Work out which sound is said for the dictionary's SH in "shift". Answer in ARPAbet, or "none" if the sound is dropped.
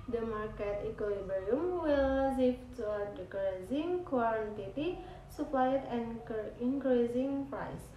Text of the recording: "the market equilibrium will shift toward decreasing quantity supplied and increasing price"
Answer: S